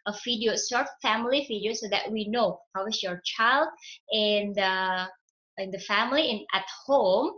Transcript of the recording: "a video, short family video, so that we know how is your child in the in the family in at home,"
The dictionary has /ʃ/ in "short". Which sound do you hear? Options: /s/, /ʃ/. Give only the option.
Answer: /s/